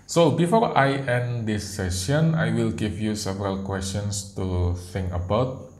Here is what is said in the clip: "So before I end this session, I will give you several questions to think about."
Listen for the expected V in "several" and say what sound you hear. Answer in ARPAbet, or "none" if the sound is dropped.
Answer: V